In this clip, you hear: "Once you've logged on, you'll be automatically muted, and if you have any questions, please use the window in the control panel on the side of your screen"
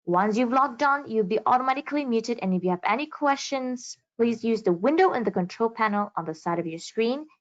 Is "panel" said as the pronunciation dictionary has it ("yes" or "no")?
yes